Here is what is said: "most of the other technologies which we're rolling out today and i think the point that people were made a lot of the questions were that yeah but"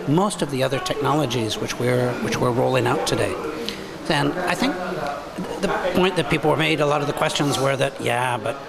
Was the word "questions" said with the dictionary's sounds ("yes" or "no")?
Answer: yes